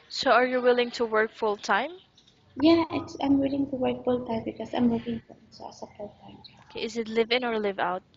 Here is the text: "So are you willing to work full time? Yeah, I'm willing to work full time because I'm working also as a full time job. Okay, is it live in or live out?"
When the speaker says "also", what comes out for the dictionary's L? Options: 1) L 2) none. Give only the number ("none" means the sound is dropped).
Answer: 2